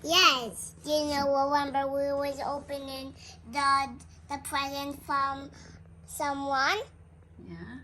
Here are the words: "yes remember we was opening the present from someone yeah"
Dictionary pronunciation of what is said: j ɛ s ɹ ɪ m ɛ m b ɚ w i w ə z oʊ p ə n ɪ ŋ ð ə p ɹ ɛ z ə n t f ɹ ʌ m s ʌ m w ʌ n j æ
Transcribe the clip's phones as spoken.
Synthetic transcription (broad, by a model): j ɛ s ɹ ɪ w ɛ m b ɚ w i w ə z oʊ p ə n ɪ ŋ ð ə p ɹ ɛ z ə n t f ɹ ʌ m s ʌ m w ʌ n j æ